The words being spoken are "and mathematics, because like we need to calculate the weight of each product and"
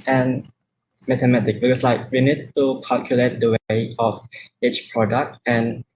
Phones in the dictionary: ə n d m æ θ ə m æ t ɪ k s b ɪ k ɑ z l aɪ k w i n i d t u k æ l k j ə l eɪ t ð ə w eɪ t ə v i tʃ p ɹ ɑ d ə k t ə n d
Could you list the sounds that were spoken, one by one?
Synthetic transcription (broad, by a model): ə n m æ t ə m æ t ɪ k b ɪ k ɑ s l aɪ k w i n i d t u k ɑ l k j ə l eɪ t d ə w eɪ ə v i tʃ p ɹ ɑ d ə k t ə n